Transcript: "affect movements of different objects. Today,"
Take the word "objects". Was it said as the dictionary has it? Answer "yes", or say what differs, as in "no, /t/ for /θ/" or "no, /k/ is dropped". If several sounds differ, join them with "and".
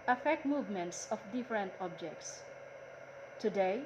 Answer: yes